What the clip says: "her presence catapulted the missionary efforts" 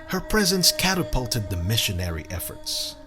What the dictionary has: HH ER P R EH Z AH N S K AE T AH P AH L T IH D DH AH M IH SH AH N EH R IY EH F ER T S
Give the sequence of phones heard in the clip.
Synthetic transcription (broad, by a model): HH ER P R EH Z AH N S K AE T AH P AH L T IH D DH AH M IH SH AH N EH R IY EH F ER T S